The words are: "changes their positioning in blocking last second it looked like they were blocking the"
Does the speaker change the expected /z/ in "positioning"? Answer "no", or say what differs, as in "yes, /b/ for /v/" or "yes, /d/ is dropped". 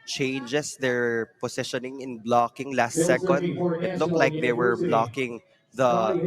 yes, /s/ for /z/